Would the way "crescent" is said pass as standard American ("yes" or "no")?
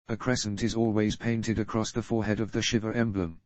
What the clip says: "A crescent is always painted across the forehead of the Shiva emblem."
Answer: yes